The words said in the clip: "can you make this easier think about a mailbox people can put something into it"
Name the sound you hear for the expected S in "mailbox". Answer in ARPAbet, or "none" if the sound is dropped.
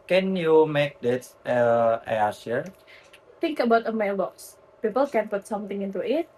S